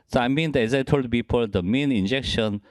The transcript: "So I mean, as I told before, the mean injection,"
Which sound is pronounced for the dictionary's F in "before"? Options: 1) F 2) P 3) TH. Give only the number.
2